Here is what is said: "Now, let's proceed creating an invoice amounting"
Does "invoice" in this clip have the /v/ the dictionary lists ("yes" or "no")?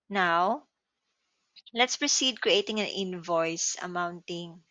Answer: yes